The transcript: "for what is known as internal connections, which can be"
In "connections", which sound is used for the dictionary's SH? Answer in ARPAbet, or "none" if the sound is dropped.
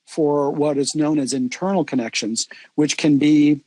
SH